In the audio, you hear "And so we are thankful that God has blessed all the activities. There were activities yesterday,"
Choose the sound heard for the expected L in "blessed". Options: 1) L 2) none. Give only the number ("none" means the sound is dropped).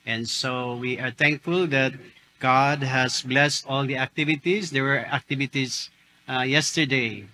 1